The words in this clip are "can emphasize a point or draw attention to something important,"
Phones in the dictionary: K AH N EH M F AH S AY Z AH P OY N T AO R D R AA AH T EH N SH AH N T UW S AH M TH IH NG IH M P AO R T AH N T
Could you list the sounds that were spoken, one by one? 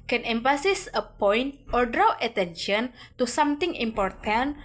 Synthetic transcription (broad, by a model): K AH N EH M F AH S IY S AH P OY N T AO R D R AA AH T EH N SH AH N T UW S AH M T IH NG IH M P AO R T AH N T